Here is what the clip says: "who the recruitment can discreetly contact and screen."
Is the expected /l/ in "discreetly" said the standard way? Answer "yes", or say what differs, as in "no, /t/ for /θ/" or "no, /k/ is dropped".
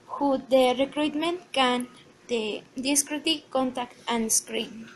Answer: no, /l/ is dropped